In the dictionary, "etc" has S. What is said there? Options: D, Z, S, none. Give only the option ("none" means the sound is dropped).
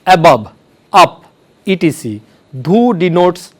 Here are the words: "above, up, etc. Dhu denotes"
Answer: none